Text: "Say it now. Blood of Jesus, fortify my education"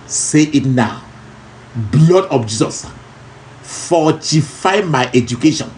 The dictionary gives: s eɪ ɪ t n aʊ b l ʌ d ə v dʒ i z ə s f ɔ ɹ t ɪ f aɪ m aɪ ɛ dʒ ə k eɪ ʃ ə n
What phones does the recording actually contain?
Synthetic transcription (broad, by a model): s eɪ ɪ t n aʊ b l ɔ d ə p dʒ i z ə s f ɔ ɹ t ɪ f aɪ m aɪ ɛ dʒ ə k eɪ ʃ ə n